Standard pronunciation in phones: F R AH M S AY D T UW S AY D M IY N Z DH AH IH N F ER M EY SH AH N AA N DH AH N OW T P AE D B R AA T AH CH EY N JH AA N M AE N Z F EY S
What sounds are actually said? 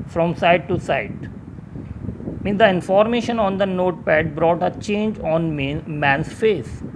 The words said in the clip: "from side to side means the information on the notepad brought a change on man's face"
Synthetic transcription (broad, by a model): F R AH M S AY D T UW S AY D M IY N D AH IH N F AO M EY SH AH N AA N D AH N OW T P AE D B R AA T AH CH EY N JH AA N M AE N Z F EY S